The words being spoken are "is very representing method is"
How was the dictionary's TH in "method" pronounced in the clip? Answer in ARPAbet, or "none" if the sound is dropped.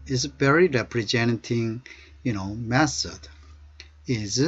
S